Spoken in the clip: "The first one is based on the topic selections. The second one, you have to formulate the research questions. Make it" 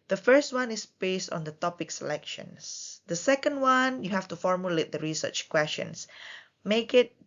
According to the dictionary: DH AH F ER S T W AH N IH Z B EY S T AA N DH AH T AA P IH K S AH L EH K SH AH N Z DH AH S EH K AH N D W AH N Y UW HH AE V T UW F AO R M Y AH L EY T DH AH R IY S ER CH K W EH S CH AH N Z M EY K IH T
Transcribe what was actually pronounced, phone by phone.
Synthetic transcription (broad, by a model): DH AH F ER S T W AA N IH S B EY S T AA N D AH T AA P IH K S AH L EH K SH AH N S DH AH S EH K AH N D W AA N Y UW HH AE F T UW F AO R M Y AH L EY T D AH R IY S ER CH K W EH S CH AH N S M EY K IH T